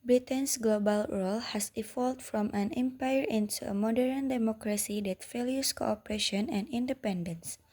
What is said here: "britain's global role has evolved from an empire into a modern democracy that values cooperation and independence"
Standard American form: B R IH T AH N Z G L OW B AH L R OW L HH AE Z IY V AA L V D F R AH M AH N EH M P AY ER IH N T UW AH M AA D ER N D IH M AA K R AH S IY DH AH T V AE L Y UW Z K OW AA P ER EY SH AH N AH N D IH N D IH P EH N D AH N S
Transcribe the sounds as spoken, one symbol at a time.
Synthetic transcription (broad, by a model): B R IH T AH N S G L OW B AH L R OW L HH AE S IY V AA L D F R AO M AH N EH M P AY ER IH N T UW AH M AA D ER N D IH M AA K R AH S IY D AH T F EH L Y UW S K OW AA P ER EY SH AH N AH N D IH N D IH P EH N D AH N S